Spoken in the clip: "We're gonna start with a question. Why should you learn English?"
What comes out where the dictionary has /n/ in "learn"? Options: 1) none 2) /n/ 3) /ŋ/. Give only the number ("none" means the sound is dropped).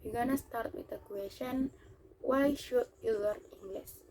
1